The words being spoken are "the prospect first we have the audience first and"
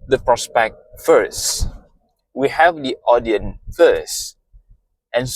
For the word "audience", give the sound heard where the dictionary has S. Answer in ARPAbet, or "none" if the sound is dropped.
none